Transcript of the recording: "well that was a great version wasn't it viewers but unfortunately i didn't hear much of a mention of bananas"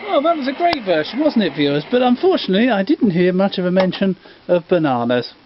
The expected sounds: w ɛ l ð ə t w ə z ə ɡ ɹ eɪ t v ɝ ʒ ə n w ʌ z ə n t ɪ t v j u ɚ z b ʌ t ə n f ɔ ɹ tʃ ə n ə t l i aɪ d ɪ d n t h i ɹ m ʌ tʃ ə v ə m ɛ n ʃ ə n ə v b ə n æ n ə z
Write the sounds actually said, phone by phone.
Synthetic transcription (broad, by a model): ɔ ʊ ð ə t w ə z ə ɡ ɹ eɪ t v ɝ ʃ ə n w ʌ z n t ɪ t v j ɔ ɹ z b ʌ t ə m f ɔ ɹ tʃ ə n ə t l i aɪ d ɪ d n t h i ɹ m ʌ tʃ ə v ə m ɛ n ʃ ə n ə v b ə n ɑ n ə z